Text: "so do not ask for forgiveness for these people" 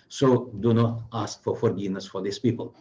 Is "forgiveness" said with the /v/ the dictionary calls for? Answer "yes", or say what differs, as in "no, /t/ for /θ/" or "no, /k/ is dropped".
no, /v/ is dropped